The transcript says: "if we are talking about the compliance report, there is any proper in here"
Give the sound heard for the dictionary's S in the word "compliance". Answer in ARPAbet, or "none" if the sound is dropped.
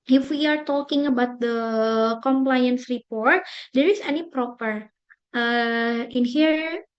S